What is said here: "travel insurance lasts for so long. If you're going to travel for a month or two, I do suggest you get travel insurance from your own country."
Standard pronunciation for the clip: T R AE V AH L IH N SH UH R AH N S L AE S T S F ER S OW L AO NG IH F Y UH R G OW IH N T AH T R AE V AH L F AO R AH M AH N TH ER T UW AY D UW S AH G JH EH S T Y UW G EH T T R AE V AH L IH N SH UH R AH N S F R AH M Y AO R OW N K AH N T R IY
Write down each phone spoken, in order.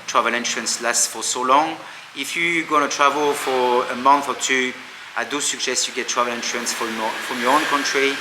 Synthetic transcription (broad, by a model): T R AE V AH L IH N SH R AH N S L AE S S F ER S OW L AO NG IH F Y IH G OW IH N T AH T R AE V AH L F AO R AH M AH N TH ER T UW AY D UW S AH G SH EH S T Y UW G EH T T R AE V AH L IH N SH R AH N S F R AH M Y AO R OW N K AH N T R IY